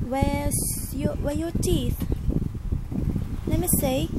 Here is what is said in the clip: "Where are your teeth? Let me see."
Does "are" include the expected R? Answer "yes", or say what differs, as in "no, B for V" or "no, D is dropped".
no, W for R